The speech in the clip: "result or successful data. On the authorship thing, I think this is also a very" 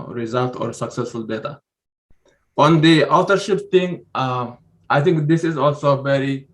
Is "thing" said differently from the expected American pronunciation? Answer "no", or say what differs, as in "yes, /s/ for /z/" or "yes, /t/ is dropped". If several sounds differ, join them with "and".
yes, /t/ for /θ/